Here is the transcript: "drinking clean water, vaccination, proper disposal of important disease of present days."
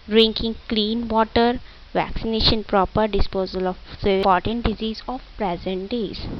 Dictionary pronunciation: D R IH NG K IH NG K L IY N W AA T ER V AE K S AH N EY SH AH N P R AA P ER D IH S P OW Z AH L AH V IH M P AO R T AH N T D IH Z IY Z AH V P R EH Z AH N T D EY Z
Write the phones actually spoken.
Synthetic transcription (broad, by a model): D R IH NG K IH NG K L IY N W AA T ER V AE K S AH N EY SH AH N P R AA P ER D IH S P OW Z AH L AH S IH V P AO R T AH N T D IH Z IY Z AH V P R EH Z AH N T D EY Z